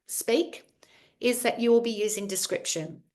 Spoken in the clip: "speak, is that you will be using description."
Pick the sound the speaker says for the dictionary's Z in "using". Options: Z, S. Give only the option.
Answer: Z